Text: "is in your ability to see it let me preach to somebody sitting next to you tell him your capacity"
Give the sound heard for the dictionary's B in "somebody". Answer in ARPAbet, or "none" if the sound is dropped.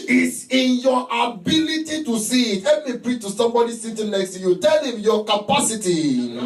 B